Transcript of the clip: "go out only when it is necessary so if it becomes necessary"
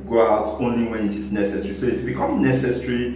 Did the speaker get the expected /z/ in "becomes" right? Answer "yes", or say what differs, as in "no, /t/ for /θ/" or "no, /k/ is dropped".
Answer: no, /z/ is dropped